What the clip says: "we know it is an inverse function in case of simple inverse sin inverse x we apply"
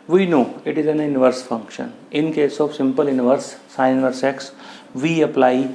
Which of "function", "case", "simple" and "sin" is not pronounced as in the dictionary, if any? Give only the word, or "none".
sin